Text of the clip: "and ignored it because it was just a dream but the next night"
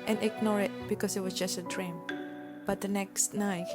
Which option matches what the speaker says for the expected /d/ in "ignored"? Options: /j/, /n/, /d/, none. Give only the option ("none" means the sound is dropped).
none